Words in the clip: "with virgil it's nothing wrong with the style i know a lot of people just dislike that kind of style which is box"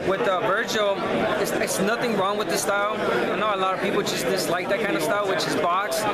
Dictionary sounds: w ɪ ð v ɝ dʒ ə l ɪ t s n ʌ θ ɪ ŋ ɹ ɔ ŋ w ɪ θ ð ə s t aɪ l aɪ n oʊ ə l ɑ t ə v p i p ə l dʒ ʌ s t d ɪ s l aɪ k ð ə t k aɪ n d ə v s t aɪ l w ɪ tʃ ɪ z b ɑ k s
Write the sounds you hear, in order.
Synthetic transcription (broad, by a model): w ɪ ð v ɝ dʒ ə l ɪ t s n ʌ θ ɪ ŋ ɹ ɔ ŋ w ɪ ð ə s t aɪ aɪ n oʊ ə l ɑ t ə v p i p l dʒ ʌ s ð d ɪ s l aɪ k ð ə t k aɪ n d ə v s t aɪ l w ɪ tʃ ɪ z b ɑ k s